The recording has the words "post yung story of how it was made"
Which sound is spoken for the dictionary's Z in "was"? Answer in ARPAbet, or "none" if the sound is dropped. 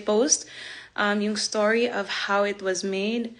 Z